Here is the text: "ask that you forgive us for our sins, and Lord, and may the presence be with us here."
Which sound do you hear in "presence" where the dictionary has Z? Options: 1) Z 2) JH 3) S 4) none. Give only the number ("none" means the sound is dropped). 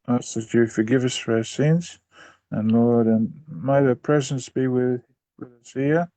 1